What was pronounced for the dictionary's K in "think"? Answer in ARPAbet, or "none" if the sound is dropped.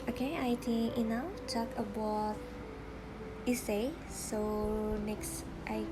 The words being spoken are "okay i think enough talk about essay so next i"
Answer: none